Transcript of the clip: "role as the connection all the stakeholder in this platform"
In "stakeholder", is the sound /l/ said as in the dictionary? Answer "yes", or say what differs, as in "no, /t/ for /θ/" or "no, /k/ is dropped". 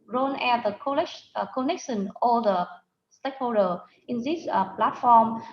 no, /l/ is dropped